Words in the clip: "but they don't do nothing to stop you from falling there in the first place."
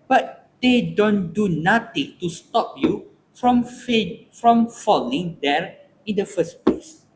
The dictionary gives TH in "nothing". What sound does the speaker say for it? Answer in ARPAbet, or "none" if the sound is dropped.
T